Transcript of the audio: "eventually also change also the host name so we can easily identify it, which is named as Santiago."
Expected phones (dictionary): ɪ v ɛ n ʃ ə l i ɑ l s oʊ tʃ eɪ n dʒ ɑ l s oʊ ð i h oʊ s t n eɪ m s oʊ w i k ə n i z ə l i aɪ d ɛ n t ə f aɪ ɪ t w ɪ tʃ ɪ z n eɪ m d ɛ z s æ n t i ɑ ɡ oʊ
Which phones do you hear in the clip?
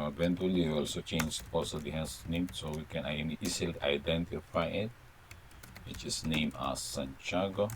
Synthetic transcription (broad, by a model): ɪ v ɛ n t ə l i ɑ l s oʊ tʃ eɪ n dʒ ɑ l s oʊ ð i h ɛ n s n eɪ m s oʊ w i k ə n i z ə l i aɪ d ɛ n t ə f aɪ ɪ t w ɪ tʃ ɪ s n eɪ m ɑ s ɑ n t ɑ ɡ oʊ